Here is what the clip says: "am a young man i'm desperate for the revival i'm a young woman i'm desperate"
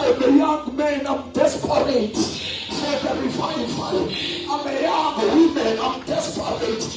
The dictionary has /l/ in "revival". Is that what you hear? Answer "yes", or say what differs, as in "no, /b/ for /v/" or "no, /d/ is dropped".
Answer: no, /n/ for /l/